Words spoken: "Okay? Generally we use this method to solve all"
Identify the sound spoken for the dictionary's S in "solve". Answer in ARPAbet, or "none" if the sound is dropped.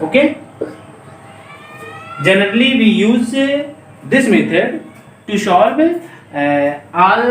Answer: SH